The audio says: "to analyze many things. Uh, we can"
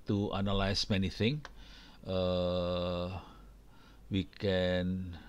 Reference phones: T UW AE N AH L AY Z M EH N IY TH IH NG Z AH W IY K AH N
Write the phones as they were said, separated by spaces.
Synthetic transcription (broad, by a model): T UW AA N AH L AY S M EH N IY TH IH NG AH W IY K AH N